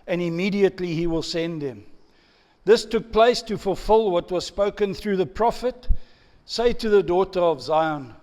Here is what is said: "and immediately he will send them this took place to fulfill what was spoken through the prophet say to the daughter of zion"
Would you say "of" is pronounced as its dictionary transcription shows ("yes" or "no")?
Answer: yes